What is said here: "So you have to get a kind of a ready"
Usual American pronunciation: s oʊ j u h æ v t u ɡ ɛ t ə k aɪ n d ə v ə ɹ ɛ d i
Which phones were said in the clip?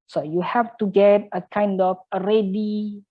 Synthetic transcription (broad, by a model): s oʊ j u h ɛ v t u ɡ ɛ t ə k aɪ n d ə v ə ɹ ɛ d i